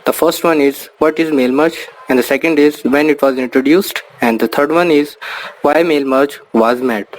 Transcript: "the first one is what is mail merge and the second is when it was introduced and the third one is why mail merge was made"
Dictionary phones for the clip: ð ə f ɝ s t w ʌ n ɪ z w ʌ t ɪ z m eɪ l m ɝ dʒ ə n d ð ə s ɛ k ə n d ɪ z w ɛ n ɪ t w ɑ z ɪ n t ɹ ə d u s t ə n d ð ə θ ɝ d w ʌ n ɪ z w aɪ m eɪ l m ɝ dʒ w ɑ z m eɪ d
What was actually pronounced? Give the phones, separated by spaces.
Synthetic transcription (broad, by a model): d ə f ɝ s t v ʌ n ɪ z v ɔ t ɪ z m eɪ l m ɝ tʃ ə n d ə s ɛ k ə n d ɪ z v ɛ n ɪ t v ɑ z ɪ n t ɹ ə d u s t ə n d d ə t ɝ d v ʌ n ɪ z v aɪ m eɪ l m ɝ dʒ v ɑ z m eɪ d